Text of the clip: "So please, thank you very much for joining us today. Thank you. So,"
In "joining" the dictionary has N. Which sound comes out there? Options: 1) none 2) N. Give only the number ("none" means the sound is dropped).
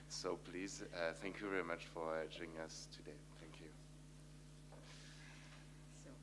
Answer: 1